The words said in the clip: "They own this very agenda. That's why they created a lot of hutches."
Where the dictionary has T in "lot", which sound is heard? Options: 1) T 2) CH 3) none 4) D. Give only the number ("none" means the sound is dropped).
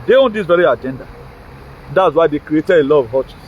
3